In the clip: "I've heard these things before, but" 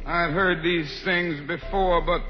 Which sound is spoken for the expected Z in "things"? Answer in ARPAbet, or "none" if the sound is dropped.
Z